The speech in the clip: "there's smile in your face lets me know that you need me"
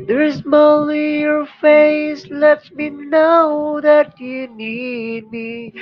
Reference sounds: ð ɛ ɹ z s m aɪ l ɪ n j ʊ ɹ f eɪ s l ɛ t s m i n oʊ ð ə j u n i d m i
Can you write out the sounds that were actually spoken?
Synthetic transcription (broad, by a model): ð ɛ ɹ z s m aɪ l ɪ j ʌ ɹ f eɪ s l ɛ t m i n oʊ ð ə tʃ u n i d m i